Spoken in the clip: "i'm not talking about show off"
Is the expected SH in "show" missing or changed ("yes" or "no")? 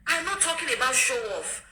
no